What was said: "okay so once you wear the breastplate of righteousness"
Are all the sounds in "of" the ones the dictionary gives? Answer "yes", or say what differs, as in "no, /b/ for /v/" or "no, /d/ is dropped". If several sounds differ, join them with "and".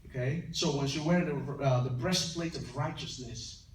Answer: yes